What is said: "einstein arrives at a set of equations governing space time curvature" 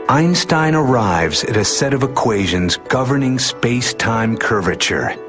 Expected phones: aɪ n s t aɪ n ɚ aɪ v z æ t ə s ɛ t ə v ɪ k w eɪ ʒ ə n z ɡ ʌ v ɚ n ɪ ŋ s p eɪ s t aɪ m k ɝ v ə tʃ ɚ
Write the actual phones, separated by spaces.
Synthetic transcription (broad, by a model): aɪ n s t aɪ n ɚ aɪ v z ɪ t ə s ɛ t ə v ɪ k w eɪ ʒ ə n z ɡ ʌ v ɚ n ɪ ŋ s p eɪ s t aɪ m k ɝ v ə tʃ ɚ